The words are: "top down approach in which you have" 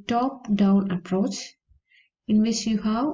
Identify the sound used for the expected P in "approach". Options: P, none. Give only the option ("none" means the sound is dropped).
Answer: P